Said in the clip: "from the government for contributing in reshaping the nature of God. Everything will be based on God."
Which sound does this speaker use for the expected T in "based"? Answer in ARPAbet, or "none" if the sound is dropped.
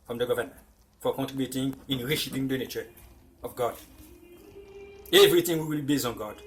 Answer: none